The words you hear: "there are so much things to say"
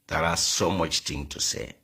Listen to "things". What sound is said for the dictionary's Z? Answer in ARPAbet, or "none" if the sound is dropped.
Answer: none